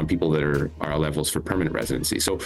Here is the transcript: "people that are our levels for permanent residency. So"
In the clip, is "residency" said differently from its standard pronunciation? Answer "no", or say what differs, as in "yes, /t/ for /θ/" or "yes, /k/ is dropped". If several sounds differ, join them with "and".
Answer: no